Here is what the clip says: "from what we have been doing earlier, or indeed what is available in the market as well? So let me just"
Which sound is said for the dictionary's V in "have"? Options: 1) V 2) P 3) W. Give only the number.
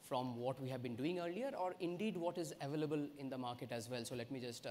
1